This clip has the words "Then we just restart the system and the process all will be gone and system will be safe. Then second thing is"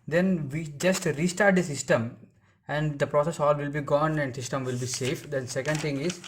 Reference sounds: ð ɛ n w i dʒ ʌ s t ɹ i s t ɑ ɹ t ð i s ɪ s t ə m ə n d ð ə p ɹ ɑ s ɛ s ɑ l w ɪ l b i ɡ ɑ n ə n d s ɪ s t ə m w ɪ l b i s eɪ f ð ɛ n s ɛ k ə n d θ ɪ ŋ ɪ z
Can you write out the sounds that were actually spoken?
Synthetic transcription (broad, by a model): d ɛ n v i dʒ ʌ s t ɹ i s t ɑ ɹ t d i s ɪ s t ə m ə n d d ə p ɹ ɑ s ɛ s ɑ l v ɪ l b i ɡ ɑ n ə n d s ɪ s t ə m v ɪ l b i s eɪ f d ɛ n s ɛ k ə n d t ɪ ŋ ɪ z